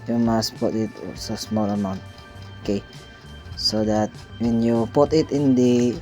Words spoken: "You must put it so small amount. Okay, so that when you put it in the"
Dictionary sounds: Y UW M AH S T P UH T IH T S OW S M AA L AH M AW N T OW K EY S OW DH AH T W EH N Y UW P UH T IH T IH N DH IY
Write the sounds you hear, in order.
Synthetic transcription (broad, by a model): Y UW M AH S T P UH T IH T S OW S M AA L AH M AW N T OW K EY S OW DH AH T W EH N Y UW P UH T IH T IH N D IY